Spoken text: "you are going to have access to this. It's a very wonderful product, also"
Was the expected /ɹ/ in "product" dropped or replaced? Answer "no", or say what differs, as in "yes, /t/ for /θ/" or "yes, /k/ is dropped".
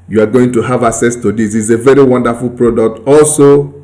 no